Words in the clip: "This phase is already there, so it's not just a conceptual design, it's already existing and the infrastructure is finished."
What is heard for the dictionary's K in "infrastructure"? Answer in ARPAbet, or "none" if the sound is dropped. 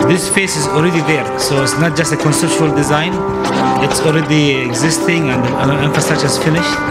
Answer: none